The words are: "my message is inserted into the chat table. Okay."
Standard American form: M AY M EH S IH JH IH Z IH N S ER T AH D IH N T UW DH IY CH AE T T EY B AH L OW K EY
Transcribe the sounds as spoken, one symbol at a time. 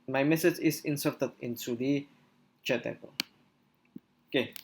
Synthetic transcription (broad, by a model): M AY M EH S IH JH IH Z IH N S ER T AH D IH N S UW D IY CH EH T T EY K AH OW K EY